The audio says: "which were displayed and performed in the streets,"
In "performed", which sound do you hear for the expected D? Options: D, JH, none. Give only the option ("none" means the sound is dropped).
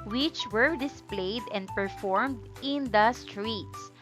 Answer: D